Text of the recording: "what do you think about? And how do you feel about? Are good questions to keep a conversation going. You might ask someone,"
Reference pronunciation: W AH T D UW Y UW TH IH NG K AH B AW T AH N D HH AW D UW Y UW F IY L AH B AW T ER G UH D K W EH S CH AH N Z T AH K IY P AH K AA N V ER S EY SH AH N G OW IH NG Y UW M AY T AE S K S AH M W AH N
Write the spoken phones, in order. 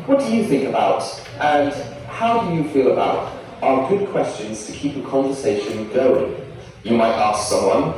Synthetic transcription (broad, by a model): W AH T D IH Y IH TH IH NG K AH B AW T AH N HH AW D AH Y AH F IY L AH B AW T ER G UH D K W EH S CH AH N Z T AH K IY P AH K AA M V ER S EY SH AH N G OW IH NG Y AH M AY T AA S K S AH M W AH N